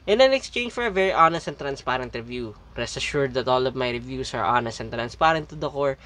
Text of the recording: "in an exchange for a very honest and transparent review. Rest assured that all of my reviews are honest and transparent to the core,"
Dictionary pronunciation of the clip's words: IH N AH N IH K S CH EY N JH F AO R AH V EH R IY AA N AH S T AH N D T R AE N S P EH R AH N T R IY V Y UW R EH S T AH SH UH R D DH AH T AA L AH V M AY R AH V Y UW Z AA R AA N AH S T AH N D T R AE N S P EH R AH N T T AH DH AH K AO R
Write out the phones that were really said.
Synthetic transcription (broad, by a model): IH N AH N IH K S CH EY N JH F AO R AH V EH R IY AA N AH S T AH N T R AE N S P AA R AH N T R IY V Y UW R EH S AH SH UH R D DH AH T AA L AH V M AY R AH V Y UW S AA R AA N AH S T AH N T R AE N S P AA R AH N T T AH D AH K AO R